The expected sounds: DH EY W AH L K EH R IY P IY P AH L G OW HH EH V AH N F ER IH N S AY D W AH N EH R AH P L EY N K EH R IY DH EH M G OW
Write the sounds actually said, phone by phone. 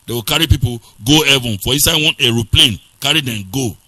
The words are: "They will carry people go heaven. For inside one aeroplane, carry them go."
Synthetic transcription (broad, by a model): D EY W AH K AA R IY P IY P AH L G OW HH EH V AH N F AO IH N S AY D W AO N EH R AH P L EY N K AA R IY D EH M G OW